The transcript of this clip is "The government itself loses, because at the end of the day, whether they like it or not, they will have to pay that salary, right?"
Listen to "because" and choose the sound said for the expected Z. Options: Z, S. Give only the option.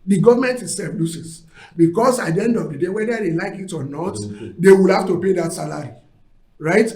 S